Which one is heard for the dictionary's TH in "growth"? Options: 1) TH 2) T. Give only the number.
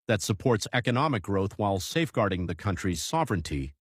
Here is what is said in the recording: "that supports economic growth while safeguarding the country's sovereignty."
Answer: 1